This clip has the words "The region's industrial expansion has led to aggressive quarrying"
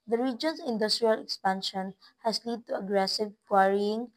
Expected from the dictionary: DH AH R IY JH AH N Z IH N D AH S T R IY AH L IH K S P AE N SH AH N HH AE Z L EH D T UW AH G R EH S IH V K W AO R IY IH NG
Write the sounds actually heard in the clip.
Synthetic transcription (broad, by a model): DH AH R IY JH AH N S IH N D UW S T R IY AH L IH K S P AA N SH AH N HH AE S L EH D T UW AH G R EH S IH V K W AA R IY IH NG